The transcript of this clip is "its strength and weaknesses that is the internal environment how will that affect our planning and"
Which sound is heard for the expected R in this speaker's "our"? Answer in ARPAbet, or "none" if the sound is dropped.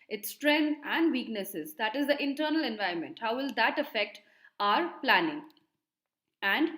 R